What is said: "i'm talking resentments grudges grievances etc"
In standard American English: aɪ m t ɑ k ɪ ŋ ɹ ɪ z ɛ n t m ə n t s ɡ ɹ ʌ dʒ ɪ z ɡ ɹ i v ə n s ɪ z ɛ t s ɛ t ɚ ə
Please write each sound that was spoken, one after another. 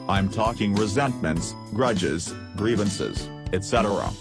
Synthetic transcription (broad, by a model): aɪ m t ɑ k ɪ ŋ ɹ ɪ z ɛ n t m ə n t s ɡ ɹ ʌ dʒ ɪ z ɡ ɹ i v ə n s ɪ z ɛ t s ɛ t ɚ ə